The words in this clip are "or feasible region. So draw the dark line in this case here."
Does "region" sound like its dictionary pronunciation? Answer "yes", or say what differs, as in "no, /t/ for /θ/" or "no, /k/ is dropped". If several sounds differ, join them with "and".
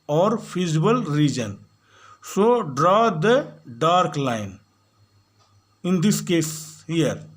yes